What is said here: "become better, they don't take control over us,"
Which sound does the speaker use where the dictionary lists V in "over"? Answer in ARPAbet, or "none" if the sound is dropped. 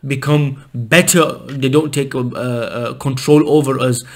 V